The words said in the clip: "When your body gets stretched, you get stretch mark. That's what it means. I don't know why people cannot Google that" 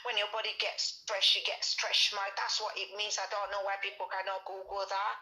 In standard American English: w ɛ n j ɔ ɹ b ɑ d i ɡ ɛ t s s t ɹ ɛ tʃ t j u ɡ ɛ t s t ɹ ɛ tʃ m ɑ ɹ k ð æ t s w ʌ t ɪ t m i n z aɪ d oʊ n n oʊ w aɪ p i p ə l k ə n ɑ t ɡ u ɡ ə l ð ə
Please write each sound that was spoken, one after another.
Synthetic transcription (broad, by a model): w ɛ n j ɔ b ɑ d i ɡ ɛ t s s t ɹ ɛ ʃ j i ɡ ɛ t s t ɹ ɛ ʃ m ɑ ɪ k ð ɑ t s w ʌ t ɪ t m i n z aɪ d oʊ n n oʊ w aɪ p i p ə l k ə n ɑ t ɡ u ɡ ə l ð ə